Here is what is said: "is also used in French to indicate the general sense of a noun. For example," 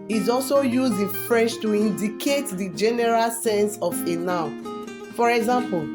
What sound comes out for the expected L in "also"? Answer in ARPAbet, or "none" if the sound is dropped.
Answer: L